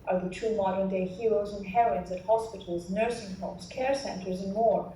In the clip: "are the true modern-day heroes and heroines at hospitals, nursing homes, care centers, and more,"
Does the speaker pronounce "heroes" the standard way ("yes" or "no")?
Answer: yes